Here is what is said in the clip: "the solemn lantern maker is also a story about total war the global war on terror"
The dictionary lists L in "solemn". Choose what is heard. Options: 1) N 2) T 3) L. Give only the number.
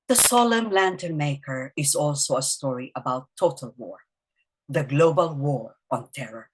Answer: 3